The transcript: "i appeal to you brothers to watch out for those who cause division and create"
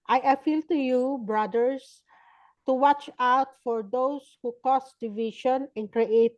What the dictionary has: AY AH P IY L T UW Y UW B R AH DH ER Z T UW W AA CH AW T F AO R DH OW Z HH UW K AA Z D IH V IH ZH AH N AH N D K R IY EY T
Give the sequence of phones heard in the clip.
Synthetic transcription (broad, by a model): AY AH P IY L T UW Y UW B R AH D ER S T UW W AA CH AW T F AO R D OW S HH UW K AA S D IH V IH SH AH N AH N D K R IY EY T